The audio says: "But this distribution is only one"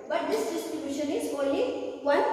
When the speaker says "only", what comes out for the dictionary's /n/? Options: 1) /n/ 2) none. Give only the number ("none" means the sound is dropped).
2